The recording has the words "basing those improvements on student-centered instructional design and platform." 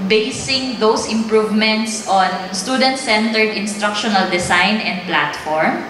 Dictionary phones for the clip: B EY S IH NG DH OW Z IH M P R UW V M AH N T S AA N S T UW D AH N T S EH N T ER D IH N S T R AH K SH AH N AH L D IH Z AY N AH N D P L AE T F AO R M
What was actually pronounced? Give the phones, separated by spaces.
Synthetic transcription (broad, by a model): B EY S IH NG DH OW S IH M P R UW V M AH N T S AA N S T UW D AH N T S EH N T ER D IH N S T R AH K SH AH N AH L D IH S AY N AH N D P L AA T F AO R M